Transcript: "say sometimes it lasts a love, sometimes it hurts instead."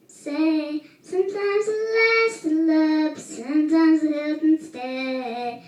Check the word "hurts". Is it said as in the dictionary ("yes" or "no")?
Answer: no